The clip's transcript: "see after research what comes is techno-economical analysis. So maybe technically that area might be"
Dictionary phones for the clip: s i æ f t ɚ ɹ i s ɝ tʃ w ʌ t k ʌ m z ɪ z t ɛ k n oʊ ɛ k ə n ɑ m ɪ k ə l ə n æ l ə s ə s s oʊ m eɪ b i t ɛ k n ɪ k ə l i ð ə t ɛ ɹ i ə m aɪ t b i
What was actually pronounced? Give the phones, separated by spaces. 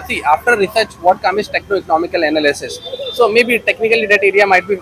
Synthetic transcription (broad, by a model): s i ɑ f t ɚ ɹ i s ɝ tʃ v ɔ t k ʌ m ɪ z t ɛ k n oʊ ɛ k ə n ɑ m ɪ k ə l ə n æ l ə s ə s s oʊ m eɪ b i t ɛ k n ɪ k ə l i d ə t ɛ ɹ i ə m aɪ t b i